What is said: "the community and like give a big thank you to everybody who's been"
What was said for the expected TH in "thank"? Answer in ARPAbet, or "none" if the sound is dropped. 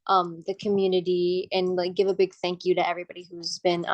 TH